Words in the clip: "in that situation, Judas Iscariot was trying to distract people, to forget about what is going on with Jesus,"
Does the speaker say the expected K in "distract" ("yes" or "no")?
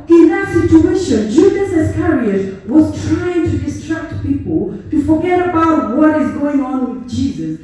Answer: yes